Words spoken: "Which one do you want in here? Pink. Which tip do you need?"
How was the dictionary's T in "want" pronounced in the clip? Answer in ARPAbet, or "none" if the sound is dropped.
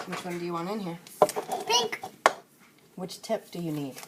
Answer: none